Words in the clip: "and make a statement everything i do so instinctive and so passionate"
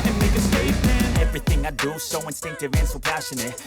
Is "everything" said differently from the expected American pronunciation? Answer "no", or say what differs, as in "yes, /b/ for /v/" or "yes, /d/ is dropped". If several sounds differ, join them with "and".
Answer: no